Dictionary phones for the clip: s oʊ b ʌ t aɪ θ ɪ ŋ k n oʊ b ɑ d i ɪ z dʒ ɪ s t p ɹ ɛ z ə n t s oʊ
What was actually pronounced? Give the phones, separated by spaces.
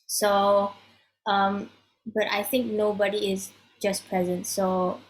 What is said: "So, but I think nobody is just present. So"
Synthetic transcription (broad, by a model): s oʊ b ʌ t aɪ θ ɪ ŋ k n oʊ b ɑ d i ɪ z dʒ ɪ s p ɹ ɛ z ə n t s oʊ